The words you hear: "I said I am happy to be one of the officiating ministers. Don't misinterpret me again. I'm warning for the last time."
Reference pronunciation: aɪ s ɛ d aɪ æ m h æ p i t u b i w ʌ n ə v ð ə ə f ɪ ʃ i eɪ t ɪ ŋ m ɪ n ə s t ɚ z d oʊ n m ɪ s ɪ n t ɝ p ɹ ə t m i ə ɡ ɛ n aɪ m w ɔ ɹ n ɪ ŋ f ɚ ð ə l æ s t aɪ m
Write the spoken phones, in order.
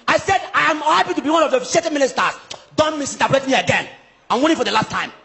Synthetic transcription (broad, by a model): aɪ s ɛ d aɪ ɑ m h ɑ p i t u b i w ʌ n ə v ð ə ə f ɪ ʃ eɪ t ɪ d m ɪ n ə s t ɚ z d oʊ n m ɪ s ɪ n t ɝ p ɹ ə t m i ə ɡ ɛ n aɪ m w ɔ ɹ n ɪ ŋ f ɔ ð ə l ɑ s t aɪ m